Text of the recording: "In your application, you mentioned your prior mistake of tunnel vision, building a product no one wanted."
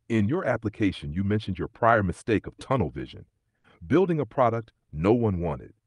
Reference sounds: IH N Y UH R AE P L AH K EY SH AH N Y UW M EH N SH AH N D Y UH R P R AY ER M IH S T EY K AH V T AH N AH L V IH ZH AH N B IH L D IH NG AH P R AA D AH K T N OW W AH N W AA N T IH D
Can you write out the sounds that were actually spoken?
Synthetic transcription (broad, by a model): IH N Y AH R AE P L AH K EY SH AH N Y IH M EH N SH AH N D Y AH R P R AY ER M IH S T EY K AH V T AH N L V IH ZH AH N B IH L D IH NG AH P R AA D AH K T N OW W AH N W AA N T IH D